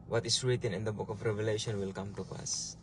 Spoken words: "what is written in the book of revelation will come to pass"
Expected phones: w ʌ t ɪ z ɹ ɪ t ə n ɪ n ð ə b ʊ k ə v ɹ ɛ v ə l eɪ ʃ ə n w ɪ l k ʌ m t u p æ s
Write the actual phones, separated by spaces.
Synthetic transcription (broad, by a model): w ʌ t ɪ s ɹ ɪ t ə n ɪ n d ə b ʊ k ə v ɹ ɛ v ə l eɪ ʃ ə n w ɪ l k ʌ m t u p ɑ s